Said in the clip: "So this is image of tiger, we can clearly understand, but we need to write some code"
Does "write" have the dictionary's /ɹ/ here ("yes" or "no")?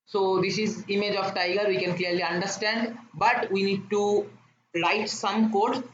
no